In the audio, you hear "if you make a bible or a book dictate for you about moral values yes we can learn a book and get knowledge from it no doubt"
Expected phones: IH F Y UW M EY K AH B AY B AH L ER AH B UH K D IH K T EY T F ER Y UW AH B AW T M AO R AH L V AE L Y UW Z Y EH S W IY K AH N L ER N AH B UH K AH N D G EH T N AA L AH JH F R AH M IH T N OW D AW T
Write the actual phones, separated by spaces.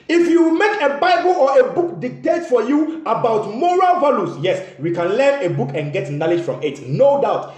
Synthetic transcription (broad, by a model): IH F Y UW M EY K AH B AY B AH L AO AH B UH K D IH K T EY T F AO Y UW AH B AW T M AO R AH L V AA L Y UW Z Y EH S W IY K AH N L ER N AH B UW K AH N G EH T N AA L AH JH F R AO M IH T N OW D AW T